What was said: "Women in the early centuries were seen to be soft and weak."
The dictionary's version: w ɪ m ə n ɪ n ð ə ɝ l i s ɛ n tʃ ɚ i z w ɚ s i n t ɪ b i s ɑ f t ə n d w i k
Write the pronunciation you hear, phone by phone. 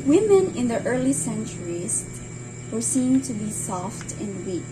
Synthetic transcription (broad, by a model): w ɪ m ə n ɪ n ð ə ɝ l i s ɛ n tʃ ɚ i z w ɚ s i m t ɪ b i s ɑ f t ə n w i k